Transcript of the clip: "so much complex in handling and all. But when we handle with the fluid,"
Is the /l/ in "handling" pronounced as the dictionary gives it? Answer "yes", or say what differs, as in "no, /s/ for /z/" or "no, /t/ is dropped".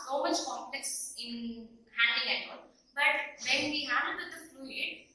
no, /l/ is dropped